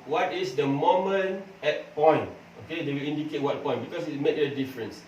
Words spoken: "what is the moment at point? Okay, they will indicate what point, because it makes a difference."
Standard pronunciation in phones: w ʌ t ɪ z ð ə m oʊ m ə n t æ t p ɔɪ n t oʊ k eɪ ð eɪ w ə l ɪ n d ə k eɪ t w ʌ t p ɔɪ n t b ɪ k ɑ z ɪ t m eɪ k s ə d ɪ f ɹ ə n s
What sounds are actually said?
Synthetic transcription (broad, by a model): w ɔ t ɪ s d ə m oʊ m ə n ɛ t p ɔɪ n t oʊ k eɪ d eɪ w ə l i n d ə k eɪ t w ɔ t p ɔɪ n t b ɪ k ɑ s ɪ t m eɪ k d ə d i f ɹ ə n s